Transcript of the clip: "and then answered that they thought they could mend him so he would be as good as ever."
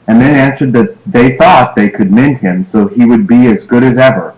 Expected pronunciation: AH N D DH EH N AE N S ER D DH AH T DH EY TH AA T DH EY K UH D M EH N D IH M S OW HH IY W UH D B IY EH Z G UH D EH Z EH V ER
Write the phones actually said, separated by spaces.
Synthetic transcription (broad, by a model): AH N DH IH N AE N S ER D DH AH T DH EY TH AA T DH EY K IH D M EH N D IH M S OW IY W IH D B IY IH Z G UH D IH Z EH V ER